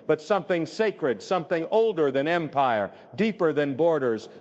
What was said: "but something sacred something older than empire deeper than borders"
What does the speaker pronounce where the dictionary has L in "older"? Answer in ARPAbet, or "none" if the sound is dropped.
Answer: L